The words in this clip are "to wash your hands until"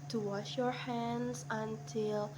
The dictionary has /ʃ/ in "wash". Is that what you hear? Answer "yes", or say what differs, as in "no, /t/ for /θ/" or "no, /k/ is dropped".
yes